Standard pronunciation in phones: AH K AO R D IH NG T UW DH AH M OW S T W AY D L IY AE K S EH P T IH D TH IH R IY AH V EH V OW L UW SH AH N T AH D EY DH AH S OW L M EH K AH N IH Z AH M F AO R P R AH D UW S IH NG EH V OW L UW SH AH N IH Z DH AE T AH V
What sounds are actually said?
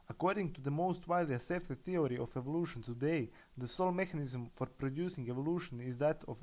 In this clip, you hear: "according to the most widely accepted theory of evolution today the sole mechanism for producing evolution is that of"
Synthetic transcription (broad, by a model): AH K AO R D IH NG T UW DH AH M OW S T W AY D L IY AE S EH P T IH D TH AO R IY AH F EH V OW L UW SH AH N T AH D EY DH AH S OW L M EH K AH N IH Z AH M F AO R P R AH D UW S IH NG EH V OW L UW SH AH N IH Z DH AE T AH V